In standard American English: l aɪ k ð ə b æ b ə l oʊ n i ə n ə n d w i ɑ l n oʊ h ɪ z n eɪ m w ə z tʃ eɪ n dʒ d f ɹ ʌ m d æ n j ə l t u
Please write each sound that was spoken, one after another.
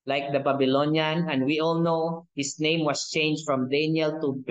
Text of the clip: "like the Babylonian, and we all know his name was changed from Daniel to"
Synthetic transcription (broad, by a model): l aɪ k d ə b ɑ b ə l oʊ n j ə n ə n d w i ɑ l n oʊ h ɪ s n eɪ m w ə s tʃ eɪ n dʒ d f ɹ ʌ m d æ n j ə l t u